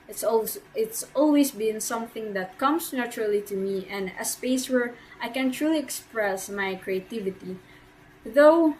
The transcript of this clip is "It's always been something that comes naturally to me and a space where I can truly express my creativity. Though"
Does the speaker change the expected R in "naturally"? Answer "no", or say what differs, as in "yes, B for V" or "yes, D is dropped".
no